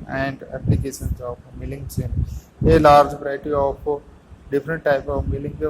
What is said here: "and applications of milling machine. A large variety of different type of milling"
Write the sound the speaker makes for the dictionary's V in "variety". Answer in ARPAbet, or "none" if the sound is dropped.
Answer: P